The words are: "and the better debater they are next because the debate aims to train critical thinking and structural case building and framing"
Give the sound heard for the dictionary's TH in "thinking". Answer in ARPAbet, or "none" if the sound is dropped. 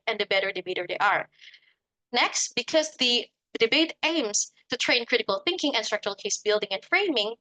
TH